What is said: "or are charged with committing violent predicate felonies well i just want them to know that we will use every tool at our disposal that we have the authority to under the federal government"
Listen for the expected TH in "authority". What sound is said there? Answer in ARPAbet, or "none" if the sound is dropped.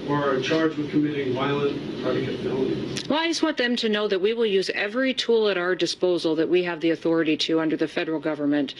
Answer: TH